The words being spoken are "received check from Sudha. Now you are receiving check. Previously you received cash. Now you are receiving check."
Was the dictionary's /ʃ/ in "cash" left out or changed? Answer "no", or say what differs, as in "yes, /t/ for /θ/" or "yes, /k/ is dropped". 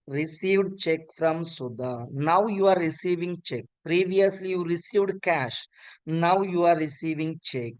no